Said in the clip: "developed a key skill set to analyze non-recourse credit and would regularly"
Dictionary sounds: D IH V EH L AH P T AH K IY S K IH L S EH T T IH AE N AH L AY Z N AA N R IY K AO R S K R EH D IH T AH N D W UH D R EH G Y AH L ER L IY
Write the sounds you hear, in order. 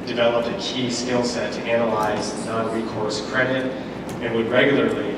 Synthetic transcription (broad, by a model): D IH V EH L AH P T AH K IY S K IH L S EH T T IH AE N AH L AY Z N AA N R IY K AO R S K R EH D IH T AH N W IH D R EH G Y L ER L IY